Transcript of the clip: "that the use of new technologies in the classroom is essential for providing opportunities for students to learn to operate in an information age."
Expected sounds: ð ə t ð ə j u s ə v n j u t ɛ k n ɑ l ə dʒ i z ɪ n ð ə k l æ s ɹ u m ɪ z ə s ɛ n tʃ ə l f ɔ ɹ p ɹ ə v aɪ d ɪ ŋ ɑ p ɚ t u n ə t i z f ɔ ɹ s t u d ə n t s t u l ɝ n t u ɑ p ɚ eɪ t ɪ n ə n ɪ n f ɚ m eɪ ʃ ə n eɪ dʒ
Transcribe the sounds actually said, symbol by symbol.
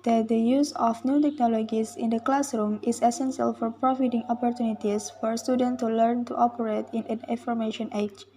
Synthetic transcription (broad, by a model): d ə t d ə j u s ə f n j u t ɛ k n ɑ l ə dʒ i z ɪ n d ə k l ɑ s ɹ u m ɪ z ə s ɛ n s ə l f ɔ ɹ p ɹ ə f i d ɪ ŋ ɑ p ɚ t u n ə t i s f ɔ ɹ s t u d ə n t t u l ɝ n t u ɑ p ɚ eɪ t ɪ n ə n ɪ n f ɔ m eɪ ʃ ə n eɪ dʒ